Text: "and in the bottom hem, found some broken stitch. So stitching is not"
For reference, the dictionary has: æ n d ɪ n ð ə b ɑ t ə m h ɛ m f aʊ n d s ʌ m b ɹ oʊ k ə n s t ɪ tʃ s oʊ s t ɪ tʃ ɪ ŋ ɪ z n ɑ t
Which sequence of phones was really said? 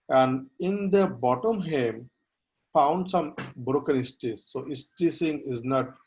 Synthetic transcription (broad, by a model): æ n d ɪ n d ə b ɑ t ə m h ɛ m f aʊ n d s ʌ m b ɹ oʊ k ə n s t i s oʊ s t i s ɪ ŋ ɪ z n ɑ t